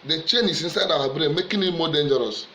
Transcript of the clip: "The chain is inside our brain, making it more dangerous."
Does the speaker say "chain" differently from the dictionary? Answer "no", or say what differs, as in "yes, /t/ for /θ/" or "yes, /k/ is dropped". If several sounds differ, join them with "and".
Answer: no